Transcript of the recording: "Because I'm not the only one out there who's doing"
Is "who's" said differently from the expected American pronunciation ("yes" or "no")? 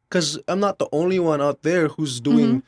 no